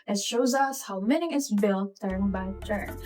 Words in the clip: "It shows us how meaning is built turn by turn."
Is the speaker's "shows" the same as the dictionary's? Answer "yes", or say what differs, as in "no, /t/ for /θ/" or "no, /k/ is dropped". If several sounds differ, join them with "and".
yes